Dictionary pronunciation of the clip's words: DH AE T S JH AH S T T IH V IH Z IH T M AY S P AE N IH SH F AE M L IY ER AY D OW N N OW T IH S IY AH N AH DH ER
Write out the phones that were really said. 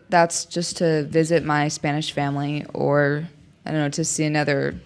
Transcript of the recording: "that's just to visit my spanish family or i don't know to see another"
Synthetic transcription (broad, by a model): DH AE T S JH AH S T T IH V IH Z IH T M AY S P AE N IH SH F AE M L IY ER AY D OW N N OW T IH S IY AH N AH DH ER